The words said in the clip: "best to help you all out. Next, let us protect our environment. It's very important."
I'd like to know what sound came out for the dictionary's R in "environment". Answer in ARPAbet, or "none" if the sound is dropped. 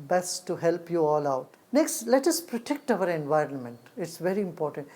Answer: R